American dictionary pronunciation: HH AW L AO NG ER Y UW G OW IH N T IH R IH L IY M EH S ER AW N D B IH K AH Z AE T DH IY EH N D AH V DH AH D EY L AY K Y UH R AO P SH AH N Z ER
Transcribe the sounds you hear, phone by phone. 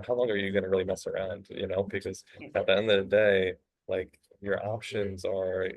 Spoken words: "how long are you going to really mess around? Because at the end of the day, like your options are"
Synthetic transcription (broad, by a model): HH AW L AO NG ER Y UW G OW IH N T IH R IH L IY M EH S ER AW N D B IH K AH Z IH T DH IY EH N D AH V DH AH D EY L AY K Y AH R AO P SH AH N Z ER